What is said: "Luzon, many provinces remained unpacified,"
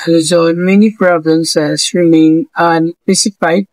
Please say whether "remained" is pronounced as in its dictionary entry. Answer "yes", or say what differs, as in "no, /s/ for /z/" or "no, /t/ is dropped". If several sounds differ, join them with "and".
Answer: no, /d/ is dropped